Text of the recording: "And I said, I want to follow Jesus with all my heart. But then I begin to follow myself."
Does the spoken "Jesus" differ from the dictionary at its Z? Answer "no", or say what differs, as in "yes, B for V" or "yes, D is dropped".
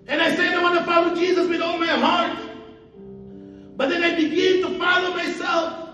no